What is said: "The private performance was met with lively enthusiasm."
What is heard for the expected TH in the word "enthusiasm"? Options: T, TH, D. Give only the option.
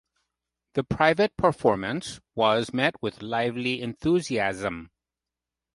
TH